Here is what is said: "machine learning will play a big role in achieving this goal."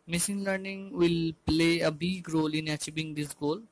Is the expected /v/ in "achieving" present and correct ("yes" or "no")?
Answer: no